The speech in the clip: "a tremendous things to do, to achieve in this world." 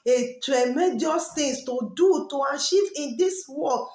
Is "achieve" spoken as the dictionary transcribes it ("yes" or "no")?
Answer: no